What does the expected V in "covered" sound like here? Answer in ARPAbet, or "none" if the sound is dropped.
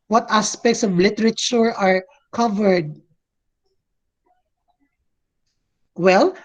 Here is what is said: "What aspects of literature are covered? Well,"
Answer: V